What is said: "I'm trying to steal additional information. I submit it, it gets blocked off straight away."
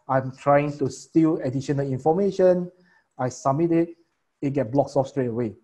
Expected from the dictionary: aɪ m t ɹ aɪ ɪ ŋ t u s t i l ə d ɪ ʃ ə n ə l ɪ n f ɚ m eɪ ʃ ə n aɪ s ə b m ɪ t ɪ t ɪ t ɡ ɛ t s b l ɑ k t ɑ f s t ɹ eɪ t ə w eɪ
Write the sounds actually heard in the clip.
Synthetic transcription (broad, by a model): aɪ m t ɹ aɪ ɪ ŋ t u s t i l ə d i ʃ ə n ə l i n f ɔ m eɪ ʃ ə n aɪ s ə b m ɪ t ɪ t ɪ t ɡ ɛ t b l ɑ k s ɑ f s t ɹ eɪ t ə w eɪ